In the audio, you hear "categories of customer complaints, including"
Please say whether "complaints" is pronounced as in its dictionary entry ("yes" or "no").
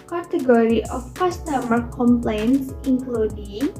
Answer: yes